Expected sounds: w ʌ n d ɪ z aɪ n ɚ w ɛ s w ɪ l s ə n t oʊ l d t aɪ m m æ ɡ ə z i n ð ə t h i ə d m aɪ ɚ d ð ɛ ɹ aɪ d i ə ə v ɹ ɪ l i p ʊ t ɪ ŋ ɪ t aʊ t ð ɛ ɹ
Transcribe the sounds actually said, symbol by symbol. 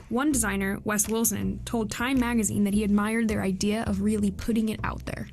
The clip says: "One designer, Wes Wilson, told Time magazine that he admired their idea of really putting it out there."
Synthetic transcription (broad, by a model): w ʌ n d ɪ z aɪ n ɚ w ɛ s w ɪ l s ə n t oʊ l d t aɪ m m æ ɡ ə z i n ð ə t h i ə d m aɪ ɚ d ð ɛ ɹ aɪ d i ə ə v ɹ ɪ l i p ʊ t ɪ ŋ ɪ t aʊ t ð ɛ ɹ